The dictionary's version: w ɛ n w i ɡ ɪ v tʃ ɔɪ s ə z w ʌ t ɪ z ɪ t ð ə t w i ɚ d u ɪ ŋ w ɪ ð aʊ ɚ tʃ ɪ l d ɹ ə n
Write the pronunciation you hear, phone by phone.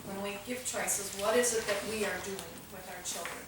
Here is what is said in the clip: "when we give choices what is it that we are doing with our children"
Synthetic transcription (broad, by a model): w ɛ n w i ɡ ɪ v tʃ ɔɪ s ə z w ʌ t ɪ z ɪ t ð ə t w i ɚ d u ɪ ŋ w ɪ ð aʊ ɚ tʃ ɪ l d ɹ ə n